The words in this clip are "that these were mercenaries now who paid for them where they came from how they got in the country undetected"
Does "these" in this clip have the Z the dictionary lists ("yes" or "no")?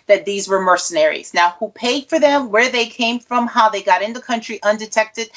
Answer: yes